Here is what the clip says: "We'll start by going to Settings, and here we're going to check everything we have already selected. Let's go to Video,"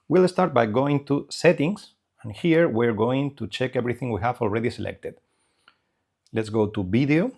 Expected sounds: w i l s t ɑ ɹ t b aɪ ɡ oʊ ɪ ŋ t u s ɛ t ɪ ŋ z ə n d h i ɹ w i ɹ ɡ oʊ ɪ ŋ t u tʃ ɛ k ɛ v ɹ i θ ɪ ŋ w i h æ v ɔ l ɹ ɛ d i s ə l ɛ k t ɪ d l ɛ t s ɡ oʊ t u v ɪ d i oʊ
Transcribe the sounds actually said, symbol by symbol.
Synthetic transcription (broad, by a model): w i l s t ɑ ɹ t b aɪ ɡ oʊ ɪ ŋ t u s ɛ t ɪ ŋ s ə n h i ɹ w i ɹ ɡ oʊ ɪ ŋ t u tʃ ɛ k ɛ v ɹ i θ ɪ ŋ w i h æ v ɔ l ɹ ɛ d i s ə l ɛ k t ɪ d l ɛ t s ɡ oʊ t u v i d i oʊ